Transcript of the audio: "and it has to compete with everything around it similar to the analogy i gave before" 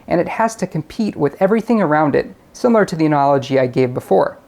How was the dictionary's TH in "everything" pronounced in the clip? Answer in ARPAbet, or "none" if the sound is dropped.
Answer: TH